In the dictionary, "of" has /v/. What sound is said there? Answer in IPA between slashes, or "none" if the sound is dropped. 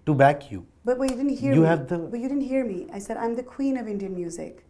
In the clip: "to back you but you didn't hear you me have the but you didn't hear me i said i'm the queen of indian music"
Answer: /v/